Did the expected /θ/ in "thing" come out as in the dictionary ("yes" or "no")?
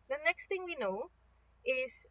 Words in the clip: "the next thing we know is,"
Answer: no